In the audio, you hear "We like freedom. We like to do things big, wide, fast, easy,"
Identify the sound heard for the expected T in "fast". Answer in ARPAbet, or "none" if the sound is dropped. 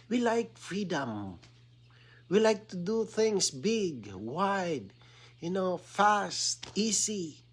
T